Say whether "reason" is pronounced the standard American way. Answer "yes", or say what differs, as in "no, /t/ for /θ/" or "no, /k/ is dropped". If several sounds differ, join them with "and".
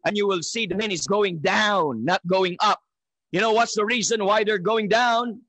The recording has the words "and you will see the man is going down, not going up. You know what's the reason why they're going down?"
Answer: yes